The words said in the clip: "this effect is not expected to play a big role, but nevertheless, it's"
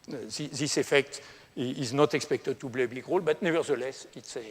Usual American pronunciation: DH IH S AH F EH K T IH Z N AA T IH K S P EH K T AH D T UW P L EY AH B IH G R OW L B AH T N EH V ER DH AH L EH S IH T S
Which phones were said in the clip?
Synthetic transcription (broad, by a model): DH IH S AH F EH K T IH Z N AA T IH K S P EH K T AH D T UW B L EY AH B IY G R OW L B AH T N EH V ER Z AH L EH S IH T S